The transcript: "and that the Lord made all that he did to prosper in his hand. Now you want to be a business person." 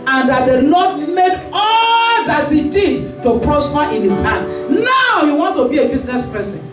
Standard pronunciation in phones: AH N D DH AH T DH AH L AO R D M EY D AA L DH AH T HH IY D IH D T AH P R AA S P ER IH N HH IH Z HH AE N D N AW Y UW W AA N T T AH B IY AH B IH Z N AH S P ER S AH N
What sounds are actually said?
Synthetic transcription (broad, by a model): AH N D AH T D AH N AO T M EY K AA L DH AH T HH IY D IH D T AH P R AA S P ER IH N HH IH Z HH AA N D N AW Y UW W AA N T T AH B IY AH B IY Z N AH S P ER S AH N